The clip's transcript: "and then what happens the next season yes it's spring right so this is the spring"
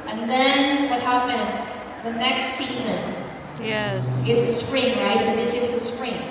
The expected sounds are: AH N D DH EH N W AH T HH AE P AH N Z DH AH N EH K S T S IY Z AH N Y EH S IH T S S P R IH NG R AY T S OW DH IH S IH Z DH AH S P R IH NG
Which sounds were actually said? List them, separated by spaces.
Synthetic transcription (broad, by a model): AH N DH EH N W AH T HH AE P AH N Z DH AH N EH K S T S IY Z AH N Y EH IH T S S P R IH NG R AY T S OW DH IH S IH Z DH AH S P R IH NG